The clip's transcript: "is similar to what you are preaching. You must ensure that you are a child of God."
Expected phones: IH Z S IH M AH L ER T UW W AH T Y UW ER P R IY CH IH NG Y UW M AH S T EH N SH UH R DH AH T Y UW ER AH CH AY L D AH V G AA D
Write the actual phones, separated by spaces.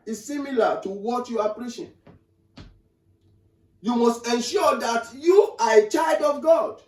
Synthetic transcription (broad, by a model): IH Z S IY M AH L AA T UW W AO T Y UW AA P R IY SH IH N Y UW M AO S T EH N SH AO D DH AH T Y UW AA AH CH AY L D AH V G AA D